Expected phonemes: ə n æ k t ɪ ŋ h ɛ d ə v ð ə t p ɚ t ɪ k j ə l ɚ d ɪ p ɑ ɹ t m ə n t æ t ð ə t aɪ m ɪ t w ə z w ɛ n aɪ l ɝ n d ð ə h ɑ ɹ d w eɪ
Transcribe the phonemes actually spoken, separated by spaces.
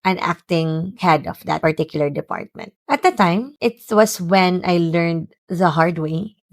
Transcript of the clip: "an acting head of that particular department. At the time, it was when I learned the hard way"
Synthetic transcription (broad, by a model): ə n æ k t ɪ ŋ h ɛ d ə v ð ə t p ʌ t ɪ k j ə l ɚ d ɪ p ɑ ɹ t m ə n t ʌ t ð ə t aɪ m ɪ t w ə s w ɛ n aɪ l ɝ n d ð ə h ɑ ɹ d w eɪ